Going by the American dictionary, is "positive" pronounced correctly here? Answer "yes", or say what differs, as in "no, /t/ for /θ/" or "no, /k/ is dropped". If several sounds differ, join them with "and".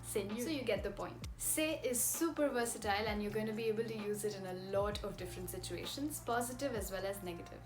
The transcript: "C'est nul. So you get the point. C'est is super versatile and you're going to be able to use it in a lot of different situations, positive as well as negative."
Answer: yes